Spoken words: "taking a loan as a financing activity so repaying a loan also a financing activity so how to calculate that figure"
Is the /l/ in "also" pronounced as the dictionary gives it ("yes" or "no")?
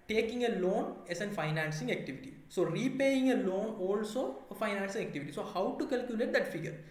yes